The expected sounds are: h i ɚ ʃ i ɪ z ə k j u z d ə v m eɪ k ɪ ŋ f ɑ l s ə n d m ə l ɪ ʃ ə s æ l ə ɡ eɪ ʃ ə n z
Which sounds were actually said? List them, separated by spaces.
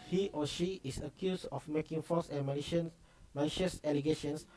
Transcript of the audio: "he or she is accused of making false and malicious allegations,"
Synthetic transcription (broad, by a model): h i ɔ ʃ i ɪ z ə k j u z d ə f m eɪ k ɪ ŋ f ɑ s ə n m m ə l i ʃ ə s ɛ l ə ɡ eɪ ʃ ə n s